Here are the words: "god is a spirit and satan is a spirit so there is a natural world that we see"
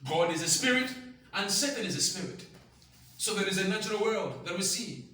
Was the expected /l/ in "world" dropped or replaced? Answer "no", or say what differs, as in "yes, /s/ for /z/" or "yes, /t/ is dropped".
no